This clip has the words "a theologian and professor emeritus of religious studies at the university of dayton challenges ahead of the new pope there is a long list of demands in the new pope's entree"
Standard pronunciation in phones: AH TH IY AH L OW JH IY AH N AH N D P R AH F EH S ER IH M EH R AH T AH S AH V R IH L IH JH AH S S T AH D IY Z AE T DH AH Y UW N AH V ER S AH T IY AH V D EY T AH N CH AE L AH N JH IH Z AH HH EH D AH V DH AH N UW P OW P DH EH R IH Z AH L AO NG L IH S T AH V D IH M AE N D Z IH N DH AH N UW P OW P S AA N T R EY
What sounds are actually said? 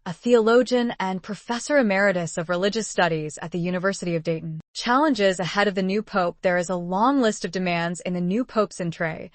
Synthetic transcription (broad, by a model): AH TH IY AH L OW JH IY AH N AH N P R AH F EH S ER IH M EH R AH T AH S AH V R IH L IH JH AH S S T AH D IY Z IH T DH AH Y UW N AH V ER S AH T IY AH V D EY T N CH AE L AH N JH IH Z AH HH EH D AH V DH AH N UW P OW P DH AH R IH Z AH L AO NG L IH S T AH V D IH M AE N D Z IH N DH AH N UW P OW P S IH N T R EY